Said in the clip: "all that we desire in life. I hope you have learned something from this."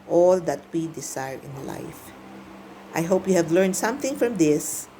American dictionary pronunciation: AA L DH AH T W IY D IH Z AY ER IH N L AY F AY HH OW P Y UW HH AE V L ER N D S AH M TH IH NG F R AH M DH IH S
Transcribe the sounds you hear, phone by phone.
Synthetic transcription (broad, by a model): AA L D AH T W IY D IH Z AY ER IH N L AY F AY HH OW P Y UW HH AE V L ER N D S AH M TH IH NG F R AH M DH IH S